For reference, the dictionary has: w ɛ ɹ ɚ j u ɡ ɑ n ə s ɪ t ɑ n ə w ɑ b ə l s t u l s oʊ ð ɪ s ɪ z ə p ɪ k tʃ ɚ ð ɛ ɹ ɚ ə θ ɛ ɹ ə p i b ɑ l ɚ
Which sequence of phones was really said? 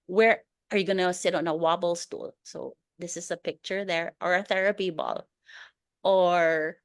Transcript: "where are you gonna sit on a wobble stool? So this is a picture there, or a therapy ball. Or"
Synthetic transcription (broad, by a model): w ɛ ɹ ɚ j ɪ ɡ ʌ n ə s ɪ t n ə w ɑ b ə l s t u l s oʊ ð ɪ s ɪ z ə p ɪ k tʃ ɚ ð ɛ ɹ ɚ ə θ ɛ ɹ ə p i b ɑ l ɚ